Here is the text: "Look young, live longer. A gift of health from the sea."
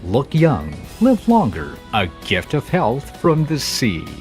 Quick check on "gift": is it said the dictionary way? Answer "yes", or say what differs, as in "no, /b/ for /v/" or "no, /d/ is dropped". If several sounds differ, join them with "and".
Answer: yes